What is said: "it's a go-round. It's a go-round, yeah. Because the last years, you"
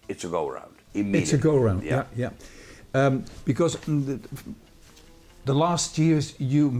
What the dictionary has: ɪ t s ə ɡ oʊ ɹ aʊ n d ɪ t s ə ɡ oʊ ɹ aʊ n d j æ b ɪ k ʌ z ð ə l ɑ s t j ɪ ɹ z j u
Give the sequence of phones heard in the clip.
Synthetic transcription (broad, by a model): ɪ t s ə ɡ oʊ ɹ aʊ n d ɪ t s ə ɡ oʊ ɹ aʊ n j j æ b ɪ k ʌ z ð ə l ɑ s t j ɪ ɹ z j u